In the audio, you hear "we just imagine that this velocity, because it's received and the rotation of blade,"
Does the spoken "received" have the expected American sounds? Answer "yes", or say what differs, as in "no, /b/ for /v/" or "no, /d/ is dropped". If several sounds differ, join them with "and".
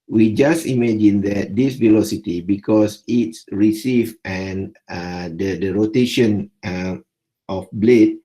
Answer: no, /d/ is dropped